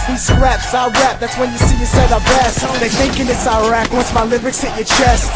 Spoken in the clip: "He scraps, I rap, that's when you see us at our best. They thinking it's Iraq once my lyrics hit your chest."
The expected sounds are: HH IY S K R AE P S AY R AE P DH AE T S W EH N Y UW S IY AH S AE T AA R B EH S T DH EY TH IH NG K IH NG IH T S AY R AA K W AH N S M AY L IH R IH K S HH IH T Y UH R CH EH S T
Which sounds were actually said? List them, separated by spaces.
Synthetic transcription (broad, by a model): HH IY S R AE P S AY R AE P DH AE T S W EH N Y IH S IY AH S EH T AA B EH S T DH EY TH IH NG K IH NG IH T S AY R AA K W AH N S M AY L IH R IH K S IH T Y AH R CH EH S T